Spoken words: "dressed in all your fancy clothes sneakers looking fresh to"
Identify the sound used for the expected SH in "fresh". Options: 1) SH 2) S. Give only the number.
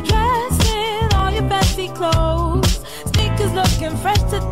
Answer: 2